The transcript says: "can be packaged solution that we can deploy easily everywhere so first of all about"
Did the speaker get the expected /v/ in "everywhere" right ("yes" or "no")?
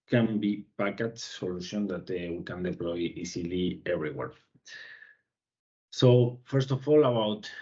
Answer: no